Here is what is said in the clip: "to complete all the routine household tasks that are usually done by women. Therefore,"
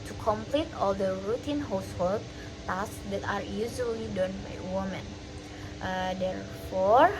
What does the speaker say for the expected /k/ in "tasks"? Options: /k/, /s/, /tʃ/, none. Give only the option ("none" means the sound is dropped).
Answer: none